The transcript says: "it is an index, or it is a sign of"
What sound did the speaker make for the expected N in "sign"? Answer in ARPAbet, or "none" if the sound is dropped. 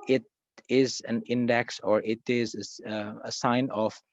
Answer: N